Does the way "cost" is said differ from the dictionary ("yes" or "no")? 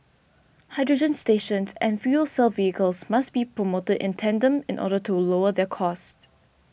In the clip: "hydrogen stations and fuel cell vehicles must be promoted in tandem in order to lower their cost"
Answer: no